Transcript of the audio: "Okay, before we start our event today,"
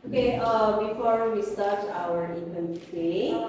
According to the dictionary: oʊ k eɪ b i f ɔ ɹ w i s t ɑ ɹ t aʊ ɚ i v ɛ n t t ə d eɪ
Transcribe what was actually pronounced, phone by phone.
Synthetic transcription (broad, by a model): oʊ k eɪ b i f ɔ ɹ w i s t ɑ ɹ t aʊ ɚ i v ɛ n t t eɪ